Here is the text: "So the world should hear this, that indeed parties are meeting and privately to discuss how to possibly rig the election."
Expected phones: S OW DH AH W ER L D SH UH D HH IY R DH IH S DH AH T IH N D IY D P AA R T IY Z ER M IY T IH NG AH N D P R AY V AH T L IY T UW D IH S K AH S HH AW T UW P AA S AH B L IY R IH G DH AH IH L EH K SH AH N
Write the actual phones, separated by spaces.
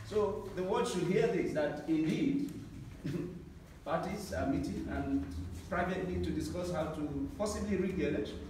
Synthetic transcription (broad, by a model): S OW DH AH W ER D SH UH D HH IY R DH IH S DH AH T IH N D IY D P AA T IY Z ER M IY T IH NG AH N P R AY V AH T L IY T UW D IH S K AH S HH AW T UW P AA S AH B L IY R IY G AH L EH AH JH